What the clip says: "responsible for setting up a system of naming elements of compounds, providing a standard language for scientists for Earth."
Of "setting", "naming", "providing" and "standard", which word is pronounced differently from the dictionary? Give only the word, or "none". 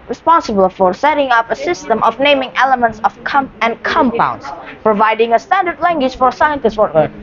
none